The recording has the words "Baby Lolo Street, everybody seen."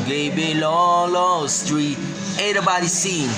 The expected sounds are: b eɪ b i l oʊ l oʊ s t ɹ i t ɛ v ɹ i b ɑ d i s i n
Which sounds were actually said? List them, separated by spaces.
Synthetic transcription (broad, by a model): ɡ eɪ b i l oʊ l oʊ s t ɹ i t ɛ ɹ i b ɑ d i s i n